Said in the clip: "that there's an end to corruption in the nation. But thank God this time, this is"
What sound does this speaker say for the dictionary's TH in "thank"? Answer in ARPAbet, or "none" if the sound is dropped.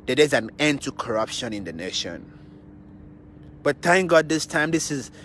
T